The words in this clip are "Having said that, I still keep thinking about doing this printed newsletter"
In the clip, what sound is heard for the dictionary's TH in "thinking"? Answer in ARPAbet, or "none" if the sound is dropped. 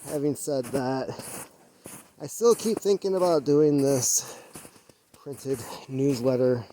TH